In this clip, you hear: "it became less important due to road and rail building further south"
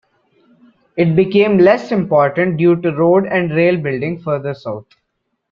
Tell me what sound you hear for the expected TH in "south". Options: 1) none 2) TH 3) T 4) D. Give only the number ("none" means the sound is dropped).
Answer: 3